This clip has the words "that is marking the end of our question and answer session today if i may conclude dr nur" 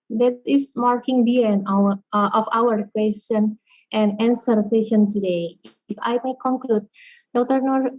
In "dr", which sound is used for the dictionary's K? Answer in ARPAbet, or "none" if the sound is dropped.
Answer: none